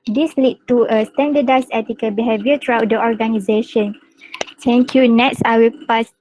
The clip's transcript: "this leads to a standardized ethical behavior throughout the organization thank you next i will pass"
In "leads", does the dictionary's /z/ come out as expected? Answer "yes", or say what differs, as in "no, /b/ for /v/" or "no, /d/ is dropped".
no, /z/ is dropped